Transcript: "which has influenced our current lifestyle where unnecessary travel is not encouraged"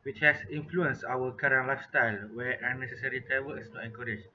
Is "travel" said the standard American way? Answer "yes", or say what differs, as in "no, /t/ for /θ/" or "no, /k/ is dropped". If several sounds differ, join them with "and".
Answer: no, /w/ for /l/